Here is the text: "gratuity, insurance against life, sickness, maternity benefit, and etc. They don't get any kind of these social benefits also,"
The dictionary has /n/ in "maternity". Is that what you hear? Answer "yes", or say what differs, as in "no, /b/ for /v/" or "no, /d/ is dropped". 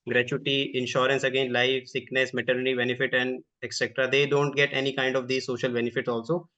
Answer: yes